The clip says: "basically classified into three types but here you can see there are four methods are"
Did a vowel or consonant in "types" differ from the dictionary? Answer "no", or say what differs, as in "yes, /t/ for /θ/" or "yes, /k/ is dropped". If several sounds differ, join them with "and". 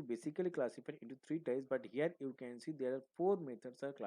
yes, /p/ is dropped